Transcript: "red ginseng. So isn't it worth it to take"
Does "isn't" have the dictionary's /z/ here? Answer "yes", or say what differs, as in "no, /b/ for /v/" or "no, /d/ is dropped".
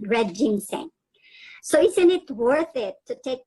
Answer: no, /s/ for /z/